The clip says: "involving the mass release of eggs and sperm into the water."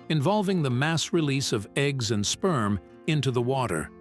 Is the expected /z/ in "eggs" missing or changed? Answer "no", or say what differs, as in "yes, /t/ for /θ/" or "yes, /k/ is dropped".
no